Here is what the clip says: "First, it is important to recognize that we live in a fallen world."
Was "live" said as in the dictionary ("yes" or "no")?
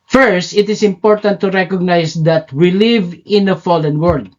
yes